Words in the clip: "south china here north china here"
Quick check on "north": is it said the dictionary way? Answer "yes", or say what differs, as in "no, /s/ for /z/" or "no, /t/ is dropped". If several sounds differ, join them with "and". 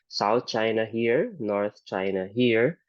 no, /t/ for /θ/